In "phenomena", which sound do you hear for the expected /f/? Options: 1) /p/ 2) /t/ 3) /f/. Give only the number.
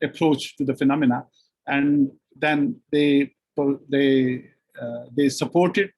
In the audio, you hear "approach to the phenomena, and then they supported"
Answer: 3